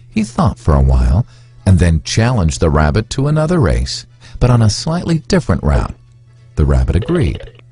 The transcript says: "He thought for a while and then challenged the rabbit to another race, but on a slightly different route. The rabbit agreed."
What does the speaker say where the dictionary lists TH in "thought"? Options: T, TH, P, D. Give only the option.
TH